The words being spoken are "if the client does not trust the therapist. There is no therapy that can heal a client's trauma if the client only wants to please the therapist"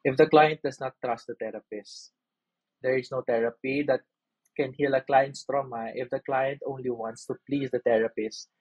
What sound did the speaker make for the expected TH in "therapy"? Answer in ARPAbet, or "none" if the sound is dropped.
T